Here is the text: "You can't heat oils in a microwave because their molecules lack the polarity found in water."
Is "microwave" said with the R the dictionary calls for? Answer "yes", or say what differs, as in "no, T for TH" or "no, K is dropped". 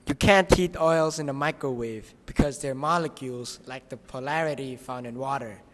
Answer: yes